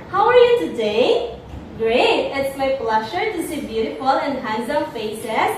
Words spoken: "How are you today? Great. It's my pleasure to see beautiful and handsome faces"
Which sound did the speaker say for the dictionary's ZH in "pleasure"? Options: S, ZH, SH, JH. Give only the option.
SH